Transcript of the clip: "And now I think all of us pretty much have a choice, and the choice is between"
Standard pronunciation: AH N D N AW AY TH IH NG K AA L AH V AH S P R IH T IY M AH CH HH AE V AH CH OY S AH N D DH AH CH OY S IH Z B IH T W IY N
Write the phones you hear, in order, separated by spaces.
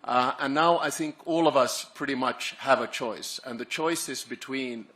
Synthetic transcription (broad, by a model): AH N N AW AY TH IH NG K AA L AH V AH S P R IH T IY M AH CH HH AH V AH CH OY S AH N DH AH CH OY S IH Z B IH T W IY N